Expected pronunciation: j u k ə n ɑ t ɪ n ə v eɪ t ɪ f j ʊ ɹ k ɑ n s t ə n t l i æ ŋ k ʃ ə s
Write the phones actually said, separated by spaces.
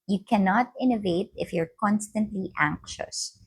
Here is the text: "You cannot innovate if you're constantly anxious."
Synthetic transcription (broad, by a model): j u k ə n ɑ t ɪ n ə v eɪ t ɪ f j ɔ ɹ k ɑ n s t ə n t l i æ ŋ k ʃ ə s